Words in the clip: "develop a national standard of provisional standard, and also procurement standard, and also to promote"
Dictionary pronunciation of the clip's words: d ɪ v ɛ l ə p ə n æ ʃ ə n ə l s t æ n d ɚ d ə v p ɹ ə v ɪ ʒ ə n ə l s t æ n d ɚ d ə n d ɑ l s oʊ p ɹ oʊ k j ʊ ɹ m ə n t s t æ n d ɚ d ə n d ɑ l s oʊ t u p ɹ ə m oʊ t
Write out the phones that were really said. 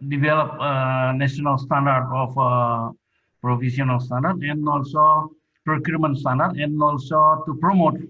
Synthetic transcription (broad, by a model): d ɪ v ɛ l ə p ə n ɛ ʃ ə n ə l s t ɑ n d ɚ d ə f p ɹ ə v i s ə n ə l s t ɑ n d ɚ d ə n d ɑ l s oʊ p ɹ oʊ k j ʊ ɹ m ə n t s t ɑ n d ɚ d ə n ɑ l s oʊ t u p ɹ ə m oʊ t